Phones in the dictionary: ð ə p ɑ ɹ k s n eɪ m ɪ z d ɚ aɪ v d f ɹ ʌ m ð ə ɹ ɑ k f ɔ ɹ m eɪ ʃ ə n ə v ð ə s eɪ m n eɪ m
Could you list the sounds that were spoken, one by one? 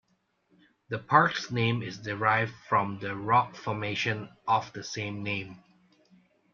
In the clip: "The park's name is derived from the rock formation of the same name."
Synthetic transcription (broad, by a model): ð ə p ɑ ɹ k s n eɪ m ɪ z d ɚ aɪ v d f ɹ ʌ m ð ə ɹ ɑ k f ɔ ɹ m eɪ ʃ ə n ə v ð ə s eɪ m n eɪ m